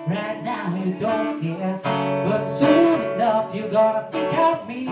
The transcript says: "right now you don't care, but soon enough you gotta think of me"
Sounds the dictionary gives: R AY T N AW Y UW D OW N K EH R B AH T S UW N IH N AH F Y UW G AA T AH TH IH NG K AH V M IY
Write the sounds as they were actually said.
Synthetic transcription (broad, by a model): R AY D AW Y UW D OW N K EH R B AH T S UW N IH N AH F Y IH G AA T AH T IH K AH P M IY